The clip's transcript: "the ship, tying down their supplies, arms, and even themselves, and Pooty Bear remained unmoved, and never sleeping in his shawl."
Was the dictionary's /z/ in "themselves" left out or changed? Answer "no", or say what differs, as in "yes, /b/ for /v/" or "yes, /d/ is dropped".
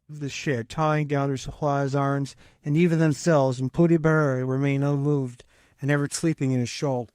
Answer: no